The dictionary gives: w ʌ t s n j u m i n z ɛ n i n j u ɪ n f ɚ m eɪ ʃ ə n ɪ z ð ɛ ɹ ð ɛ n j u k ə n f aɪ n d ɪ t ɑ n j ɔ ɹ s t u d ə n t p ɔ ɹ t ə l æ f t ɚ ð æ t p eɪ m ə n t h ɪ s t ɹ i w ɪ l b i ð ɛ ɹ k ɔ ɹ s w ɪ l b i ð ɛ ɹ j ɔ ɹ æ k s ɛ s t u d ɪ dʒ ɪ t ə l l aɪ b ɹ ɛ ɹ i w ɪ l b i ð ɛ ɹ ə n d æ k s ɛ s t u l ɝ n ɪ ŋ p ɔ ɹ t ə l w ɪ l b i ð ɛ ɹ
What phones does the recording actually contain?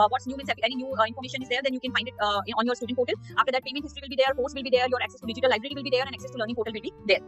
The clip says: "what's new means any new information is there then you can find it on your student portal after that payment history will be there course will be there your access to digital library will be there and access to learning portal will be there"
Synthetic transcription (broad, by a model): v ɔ t s n j u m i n s ɛ n i n j u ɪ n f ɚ m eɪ ʃ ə n ɪ z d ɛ ɹ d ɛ n j u k ə n f aɪ n d ɪ t ɑ n j ɔ ɹ s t u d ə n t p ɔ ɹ t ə l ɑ f t ɚ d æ t p eɪ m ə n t h ɪ s t ɹ i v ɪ l b i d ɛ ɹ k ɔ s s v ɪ l b i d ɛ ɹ j ɔ ɹ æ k s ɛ s t u d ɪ dʒ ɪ t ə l l aɪ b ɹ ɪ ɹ i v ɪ l b i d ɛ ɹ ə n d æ k s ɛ s t u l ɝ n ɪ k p ɔ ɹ t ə l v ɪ l b i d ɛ ɹ